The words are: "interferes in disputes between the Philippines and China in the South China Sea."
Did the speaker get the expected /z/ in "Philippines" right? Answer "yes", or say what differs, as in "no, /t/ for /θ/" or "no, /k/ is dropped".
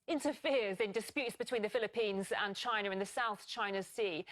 yes